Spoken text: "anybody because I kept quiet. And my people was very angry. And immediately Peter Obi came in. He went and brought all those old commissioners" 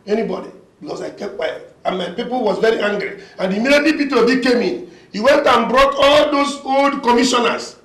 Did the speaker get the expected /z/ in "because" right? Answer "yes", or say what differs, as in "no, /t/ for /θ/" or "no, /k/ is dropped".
no, /s/ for /z/